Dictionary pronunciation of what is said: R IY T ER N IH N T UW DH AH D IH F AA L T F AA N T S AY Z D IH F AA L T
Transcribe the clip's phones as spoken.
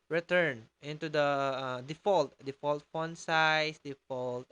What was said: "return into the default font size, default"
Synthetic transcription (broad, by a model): R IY T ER N IH N T UW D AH D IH F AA L T F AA L T S AY S D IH F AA L T